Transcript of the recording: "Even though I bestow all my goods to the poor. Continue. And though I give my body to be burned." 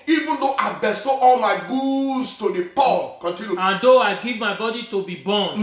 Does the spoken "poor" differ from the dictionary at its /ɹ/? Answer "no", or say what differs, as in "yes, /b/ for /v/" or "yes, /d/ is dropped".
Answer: yes, /l/ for /ɹ/